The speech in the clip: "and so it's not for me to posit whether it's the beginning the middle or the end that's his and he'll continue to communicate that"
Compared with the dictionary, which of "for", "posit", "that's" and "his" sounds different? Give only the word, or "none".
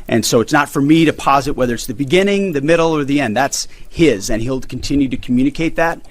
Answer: none